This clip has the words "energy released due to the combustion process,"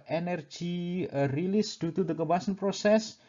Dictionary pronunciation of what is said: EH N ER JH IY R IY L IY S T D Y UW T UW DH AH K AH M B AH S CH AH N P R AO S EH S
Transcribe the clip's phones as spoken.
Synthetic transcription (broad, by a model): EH N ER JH IY R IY L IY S D Y UW T UW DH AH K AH B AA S AH N P R AO S EH S